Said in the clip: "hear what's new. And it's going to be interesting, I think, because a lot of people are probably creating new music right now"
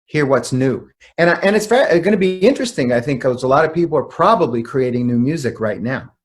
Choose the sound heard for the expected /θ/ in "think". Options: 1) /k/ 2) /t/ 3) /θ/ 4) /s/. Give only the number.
3